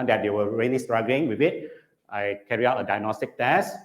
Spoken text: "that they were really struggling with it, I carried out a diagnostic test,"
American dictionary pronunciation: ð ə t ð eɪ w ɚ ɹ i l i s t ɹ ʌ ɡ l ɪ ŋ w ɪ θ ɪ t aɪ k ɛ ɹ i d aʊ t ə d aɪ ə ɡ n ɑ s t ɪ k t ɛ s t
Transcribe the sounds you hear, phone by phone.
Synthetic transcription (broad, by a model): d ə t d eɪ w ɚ ɹ i l i s t ɹ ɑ ɡ l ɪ ŋ w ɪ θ ɪ t aɪ k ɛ ɹ i aʊ t ə d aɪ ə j n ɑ s t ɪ k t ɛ s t